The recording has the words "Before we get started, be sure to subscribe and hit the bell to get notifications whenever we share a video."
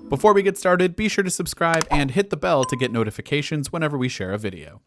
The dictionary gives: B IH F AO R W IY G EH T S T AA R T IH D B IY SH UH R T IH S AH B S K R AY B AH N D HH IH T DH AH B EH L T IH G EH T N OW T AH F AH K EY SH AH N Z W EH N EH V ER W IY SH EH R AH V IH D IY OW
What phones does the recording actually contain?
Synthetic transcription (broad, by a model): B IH F AO R W IY G EH T S T AA R T IH D B IY SH UH R T IH S AH B S K R AY B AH N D HH IH T DH AH B EH L T IH G EH T N OW T AH F AH K EY SH AH N Z W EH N EH V ER W IY SH EH R AH V IH D IY OW